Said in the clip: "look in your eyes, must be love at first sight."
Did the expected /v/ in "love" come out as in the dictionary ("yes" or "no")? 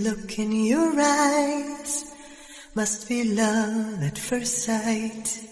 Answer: no